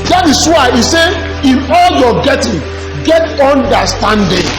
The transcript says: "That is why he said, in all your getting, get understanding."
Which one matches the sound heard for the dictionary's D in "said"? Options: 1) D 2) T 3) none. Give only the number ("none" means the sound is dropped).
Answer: 3